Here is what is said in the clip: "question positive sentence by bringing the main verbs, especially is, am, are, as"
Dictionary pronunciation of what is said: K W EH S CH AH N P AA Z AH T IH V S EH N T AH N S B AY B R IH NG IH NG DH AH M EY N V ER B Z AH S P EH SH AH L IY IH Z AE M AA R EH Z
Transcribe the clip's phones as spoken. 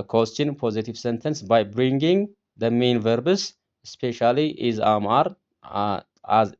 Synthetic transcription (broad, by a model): K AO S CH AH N P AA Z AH T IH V S EH N T AH N S B AY B R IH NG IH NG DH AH M EY N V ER B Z S P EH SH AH L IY IH Z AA M AA R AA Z